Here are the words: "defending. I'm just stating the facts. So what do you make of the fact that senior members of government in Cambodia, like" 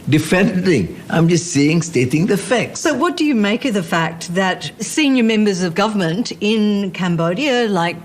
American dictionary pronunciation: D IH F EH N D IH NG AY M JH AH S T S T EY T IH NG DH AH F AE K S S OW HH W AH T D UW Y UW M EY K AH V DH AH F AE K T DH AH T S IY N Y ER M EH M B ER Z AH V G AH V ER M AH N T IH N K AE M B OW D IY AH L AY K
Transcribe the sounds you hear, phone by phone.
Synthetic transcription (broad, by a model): D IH F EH N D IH NG AY M JH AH S T S T EY T IH NG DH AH F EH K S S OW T W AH T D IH Y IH M EY K AH V DH AH F AE K T DH AH T S IY N Y ER M EH M B ER Z AH V G AH V ER M AH N T IH N K AE M B OW D IY AH L AY K